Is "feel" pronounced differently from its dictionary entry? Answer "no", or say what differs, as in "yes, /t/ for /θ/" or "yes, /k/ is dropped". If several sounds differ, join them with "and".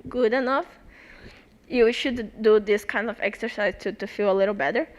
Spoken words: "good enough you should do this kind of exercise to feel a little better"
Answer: no